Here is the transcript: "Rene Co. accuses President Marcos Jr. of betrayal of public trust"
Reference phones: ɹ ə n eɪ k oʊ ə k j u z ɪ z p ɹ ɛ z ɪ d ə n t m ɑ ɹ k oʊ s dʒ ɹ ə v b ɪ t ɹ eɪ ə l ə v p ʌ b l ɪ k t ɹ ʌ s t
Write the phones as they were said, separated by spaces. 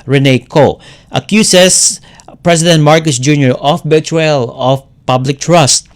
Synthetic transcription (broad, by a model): ɹ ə n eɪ k oʊ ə k j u s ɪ s p ɹ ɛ s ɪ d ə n t m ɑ ɹ k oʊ s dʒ ɹ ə f b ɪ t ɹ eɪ l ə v p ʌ b l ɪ k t ɹ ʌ s t